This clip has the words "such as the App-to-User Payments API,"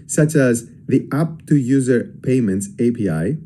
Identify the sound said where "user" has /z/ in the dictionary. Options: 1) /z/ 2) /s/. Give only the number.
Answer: 1